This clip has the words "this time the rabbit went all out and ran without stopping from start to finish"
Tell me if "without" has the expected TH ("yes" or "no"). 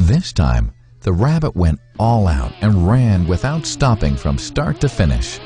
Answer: yes